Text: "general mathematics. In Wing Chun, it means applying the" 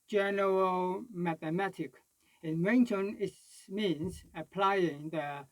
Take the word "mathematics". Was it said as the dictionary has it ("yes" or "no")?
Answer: no